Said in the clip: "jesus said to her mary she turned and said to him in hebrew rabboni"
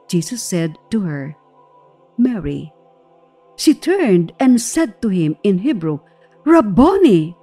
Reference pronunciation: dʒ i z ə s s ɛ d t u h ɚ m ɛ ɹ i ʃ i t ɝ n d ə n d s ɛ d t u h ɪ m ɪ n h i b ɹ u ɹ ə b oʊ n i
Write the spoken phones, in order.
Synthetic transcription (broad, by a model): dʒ i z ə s s ɛ d t u h ɚ m ɛ ɹ i ʃ i t ɝ n d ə n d s ɛ d t u h ɪ m ɪ n h i b ɹ u ɹ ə b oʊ n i